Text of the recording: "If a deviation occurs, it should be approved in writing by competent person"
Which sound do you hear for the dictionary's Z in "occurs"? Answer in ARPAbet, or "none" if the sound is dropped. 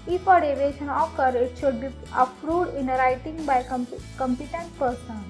none